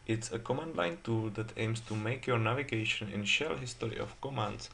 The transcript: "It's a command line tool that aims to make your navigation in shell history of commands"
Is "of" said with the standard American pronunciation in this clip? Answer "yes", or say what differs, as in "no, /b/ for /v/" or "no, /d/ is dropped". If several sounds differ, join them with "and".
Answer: no, /f/ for /v/